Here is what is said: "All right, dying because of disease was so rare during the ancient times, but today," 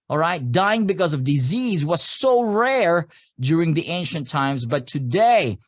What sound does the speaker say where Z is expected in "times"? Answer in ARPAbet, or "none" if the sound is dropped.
Z